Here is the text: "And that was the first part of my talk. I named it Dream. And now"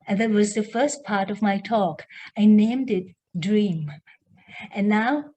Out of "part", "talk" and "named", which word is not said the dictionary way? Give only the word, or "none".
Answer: none